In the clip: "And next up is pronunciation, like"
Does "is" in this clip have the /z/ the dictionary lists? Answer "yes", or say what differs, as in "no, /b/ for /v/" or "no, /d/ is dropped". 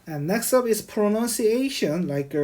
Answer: no, /s/ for /z/